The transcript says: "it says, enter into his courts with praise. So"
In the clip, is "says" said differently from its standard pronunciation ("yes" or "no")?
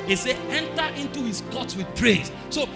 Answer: yes